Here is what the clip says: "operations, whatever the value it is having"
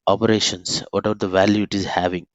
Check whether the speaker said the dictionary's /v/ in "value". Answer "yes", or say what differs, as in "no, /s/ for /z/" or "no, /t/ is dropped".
yes